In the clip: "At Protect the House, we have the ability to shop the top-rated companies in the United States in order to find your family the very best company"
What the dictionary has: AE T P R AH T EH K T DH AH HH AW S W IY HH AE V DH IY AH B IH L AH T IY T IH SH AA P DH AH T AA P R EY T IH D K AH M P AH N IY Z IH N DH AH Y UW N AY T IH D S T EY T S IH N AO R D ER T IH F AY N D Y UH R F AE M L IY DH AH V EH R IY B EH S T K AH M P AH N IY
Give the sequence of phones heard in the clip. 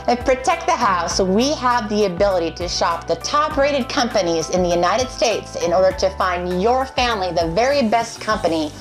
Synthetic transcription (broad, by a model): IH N P R AH T EH K T DH AH HH AW S W IY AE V DH IY AH B IH L AH T IY T IH SH AA P DH AH T AA P R EY T IH D K AH M P AH N IY Z IH N DH AH Y UW N AY T IH D S T EY T S IH N AO R D ER T IH F AY N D Y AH R F AE M L IY DH AH V EH R IY B EH S T K AH M P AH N IY